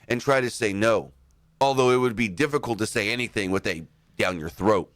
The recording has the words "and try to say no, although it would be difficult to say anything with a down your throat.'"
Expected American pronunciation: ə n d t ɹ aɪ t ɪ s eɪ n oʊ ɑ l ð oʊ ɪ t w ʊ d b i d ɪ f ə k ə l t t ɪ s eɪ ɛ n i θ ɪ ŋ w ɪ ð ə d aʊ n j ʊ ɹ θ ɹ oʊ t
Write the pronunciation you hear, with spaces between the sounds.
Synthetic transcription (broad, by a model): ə n t ɹ aɪ t ɪ s eɪ n oʊ ɑ l ð oʊ ɪ t w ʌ d b i d ɪ f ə k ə l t t ɪ s eɪ ɛ n i θ ɪ ŋ w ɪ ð ə d aʊ n j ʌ ɹ θ ɹ oʊ t